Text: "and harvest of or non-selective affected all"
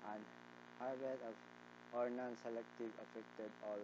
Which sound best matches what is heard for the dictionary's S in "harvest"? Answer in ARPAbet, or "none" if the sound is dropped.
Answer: none